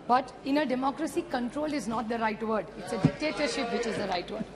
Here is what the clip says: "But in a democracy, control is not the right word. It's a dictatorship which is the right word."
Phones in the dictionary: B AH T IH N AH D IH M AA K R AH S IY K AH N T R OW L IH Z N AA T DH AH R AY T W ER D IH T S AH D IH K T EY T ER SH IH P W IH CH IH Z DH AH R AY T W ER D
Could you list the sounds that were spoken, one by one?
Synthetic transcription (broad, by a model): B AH T IH N AH D IH M AA K R AH S IY K AH N T R OW L IH Z N AA T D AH R AY T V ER D IH T S AH D IH K T EY T ER SH IH P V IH CH IH Z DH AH R AY T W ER D